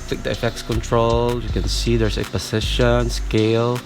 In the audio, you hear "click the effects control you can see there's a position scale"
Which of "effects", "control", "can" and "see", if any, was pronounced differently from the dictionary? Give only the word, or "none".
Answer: none